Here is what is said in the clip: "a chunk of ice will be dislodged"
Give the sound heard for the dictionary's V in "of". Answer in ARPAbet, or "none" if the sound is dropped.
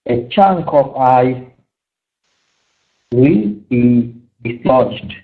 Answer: P